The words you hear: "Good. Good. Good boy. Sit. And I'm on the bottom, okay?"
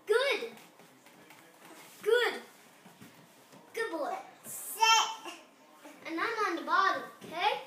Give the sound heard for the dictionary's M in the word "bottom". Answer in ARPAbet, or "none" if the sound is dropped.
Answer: none